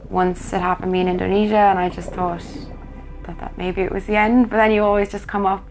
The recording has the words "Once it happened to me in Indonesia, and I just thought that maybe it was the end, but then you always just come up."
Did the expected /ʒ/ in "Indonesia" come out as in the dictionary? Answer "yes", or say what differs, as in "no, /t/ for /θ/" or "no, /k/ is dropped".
yes